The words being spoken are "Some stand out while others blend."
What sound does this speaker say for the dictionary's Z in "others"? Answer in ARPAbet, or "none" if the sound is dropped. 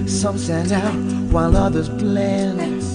Z